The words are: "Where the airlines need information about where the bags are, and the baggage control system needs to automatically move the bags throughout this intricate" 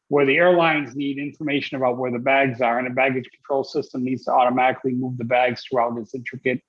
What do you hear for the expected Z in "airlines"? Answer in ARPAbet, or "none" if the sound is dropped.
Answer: Z